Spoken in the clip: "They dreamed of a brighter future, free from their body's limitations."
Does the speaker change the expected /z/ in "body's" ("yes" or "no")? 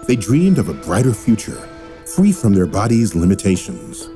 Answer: no